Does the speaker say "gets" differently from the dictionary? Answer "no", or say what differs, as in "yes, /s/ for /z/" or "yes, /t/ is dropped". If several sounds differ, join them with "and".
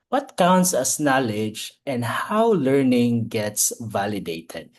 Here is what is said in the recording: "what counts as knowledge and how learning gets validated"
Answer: no